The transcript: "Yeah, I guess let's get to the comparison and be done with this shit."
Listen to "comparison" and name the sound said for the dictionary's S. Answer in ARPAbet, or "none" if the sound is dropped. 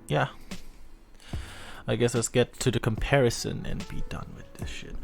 S